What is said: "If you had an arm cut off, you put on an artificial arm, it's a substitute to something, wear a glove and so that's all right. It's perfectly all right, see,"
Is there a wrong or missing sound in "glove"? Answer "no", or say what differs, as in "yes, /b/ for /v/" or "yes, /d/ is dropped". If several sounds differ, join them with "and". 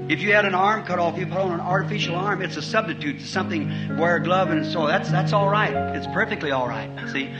no